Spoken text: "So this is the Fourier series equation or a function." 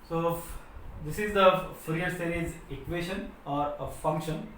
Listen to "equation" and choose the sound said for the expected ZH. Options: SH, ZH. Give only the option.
SH